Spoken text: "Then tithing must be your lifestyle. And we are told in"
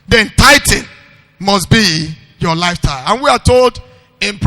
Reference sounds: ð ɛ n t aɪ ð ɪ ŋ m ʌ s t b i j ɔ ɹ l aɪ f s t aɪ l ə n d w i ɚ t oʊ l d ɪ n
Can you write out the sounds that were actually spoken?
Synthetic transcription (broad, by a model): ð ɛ n t aɪ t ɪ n m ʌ s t b i j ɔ l aɪ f t aɪ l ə n w i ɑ t oʊ l d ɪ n